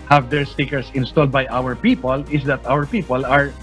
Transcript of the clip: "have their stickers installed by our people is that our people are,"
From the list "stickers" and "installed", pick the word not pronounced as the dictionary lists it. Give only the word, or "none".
stickers